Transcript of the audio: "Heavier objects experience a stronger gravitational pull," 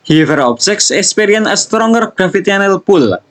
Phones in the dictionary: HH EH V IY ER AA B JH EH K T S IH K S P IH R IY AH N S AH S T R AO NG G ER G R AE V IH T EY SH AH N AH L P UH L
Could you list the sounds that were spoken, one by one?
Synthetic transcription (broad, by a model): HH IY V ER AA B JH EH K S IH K S P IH R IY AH N AH S T R AO NG G ER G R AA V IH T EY AH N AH L P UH L